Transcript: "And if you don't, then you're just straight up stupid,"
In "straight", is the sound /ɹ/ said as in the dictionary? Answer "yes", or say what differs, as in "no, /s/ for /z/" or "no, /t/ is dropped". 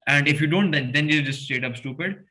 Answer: no, /ɹ/ is dropped